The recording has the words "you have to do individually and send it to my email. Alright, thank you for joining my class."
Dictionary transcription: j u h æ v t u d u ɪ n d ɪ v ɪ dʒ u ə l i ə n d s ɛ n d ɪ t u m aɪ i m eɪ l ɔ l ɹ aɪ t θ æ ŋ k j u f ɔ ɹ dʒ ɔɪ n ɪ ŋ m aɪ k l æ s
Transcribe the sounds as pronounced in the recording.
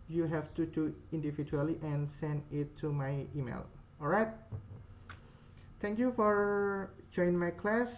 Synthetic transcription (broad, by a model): j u h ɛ f t u d u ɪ n d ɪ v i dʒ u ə l i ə n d s ɛ n d ɪ t u m aɪ i m eɪ l ɔ l ɹ aɪ t t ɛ ŋ k j u f ɔ ɹ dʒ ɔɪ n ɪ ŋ m aɪ k l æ s